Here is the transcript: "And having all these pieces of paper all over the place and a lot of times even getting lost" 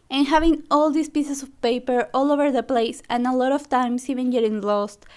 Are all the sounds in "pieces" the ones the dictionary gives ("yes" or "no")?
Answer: no